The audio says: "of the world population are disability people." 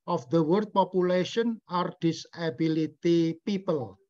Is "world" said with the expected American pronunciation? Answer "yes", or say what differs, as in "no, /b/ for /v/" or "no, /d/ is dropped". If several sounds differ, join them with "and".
no, /l/ is dropped